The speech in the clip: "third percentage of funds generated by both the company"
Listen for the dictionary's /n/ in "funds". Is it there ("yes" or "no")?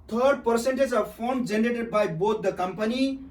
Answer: no